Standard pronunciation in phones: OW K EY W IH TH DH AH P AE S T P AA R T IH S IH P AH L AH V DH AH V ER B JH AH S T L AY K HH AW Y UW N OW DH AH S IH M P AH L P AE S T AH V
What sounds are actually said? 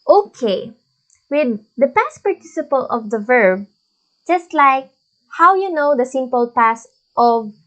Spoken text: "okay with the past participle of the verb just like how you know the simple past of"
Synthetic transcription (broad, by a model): OW K EY W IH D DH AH P AE S T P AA R T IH S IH P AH L AH V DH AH V ER B JH AH S T L AY K HH AW Y UW N OW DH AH S IH M P AH L P AE S T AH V